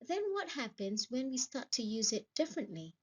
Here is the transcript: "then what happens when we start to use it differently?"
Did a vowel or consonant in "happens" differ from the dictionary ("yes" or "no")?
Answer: no